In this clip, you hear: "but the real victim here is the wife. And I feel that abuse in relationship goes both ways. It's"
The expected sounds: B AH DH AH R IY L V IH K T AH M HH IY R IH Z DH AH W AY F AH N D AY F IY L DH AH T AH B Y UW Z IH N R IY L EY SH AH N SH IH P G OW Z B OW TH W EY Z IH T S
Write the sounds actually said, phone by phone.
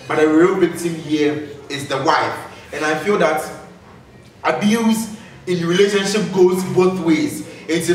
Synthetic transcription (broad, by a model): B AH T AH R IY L B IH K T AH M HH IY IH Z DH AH W AY F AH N AY F IY L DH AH T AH B Y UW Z IH N R IY L EY SH AH N SH IH P G OW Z B OW TH W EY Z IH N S